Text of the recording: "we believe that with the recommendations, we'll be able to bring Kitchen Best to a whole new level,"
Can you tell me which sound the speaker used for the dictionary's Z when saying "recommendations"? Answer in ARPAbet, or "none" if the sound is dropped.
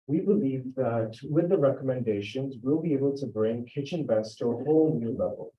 Z